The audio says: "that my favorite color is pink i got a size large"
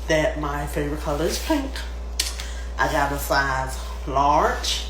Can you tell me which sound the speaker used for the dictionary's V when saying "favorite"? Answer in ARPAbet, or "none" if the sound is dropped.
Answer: V